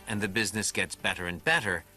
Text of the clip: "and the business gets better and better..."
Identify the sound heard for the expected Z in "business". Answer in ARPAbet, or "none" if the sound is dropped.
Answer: Z